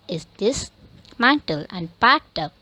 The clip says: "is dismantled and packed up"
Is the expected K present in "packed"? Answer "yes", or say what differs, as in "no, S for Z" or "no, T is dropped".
no, K is dropped